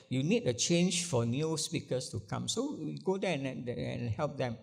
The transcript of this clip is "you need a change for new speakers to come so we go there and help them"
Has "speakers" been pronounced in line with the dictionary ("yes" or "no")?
no